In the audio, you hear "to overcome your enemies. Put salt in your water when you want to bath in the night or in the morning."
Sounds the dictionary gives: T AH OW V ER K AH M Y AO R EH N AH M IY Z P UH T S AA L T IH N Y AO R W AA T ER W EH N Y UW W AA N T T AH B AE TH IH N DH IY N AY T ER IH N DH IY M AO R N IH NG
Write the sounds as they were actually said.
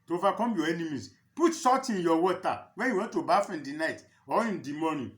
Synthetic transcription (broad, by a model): T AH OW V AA K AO M Y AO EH N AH M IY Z P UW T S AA T IH N Y AO W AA T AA W EH N Y UW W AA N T T AH B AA F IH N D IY N AY T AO IH N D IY M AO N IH